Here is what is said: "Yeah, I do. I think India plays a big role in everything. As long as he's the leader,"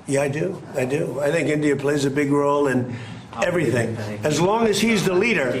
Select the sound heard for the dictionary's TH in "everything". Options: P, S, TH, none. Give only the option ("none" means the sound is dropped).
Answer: TH